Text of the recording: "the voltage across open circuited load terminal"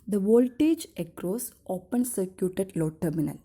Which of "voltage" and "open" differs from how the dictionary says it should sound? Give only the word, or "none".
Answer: none